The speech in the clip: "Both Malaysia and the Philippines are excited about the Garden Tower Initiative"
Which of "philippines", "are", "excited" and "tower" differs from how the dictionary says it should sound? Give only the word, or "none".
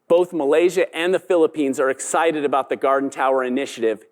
none